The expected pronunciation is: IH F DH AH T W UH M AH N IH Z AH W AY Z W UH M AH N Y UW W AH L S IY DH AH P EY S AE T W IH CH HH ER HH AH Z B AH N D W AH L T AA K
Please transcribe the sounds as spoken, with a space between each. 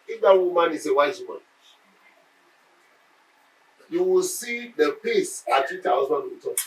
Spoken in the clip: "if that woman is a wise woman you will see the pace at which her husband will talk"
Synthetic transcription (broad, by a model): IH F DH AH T W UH M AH N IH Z AH W AY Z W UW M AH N Y UW W AH L S IY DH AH P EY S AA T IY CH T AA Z AH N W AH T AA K